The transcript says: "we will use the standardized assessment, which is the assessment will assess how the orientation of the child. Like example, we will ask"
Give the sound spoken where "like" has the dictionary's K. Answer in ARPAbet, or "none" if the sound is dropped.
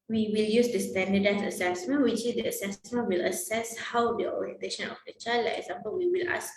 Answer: none